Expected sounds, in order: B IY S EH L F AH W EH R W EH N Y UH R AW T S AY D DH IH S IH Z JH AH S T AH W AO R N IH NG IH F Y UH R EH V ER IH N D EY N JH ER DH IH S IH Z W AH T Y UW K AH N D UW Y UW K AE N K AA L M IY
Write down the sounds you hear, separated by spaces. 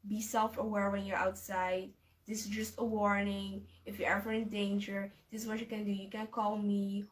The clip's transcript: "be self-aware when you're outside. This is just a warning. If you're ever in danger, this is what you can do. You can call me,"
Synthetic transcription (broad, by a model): B IY S EH L F AH W EH R W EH N Y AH R AW T S AY D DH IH S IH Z JH AH S T AH W AO R N IH NG IH F Y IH EH V ER IH N D EY N JH ER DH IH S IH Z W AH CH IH K AH N D UW Y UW K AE N K AA L M IY